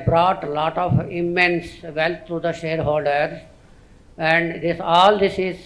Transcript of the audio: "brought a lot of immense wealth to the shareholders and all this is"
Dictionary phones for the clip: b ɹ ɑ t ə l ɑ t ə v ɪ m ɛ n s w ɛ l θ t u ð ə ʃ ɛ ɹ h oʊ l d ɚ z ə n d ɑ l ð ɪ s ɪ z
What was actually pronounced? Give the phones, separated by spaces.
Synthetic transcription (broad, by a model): b ɹ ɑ t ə l ɑ t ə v ɪ m ɛ n s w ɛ l t t u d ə ʃ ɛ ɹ h oʊ l d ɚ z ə n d ɑ l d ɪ s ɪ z